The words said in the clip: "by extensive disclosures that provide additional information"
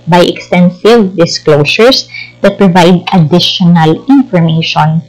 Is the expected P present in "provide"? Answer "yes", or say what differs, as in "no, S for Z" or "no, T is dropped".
yes